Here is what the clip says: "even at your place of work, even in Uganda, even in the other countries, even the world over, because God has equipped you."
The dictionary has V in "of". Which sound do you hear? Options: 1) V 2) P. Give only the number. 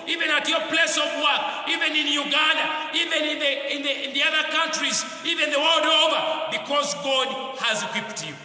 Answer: 1